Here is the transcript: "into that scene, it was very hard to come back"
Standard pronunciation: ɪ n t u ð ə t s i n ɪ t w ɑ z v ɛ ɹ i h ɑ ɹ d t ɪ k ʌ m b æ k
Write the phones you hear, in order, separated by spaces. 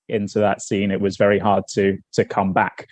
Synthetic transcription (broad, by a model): ɪ n t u ð ə t s i n ɪ t w ɑ z v ɛ ɹ i h ɑ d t t ɪ k ʌ m b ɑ k